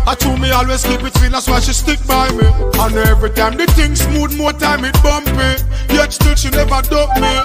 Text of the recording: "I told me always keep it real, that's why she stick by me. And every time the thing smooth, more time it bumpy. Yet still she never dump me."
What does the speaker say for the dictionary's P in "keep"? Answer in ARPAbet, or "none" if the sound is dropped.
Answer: B